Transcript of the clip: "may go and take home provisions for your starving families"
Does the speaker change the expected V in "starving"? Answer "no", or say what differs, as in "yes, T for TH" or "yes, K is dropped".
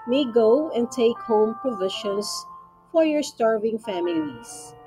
no